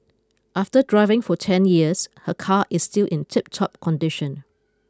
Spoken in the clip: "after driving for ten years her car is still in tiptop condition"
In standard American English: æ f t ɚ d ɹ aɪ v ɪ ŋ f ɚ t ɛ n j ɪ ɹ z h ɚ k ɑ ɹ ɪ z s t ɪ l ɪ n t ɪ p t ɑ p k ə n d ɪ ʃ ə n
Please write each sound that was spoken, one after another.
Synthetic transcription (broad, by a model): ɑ f t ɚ d ɹ aɪ v ɪ ŋ f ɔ t ɛ n j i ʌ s h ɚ k ɑ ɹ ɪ s t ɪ l ɪ n t ɪ p t ɑ p k ə n d ɪ ʃ ə n